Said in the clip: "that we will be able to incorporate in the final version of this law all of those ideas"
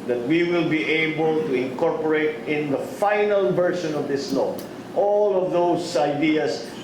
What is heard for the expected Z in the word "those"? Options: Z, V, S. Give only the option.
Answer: S